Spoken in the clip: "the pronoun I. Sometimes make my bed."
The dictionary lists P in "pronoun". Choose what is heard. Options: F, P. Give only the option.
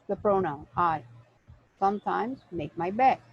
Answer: P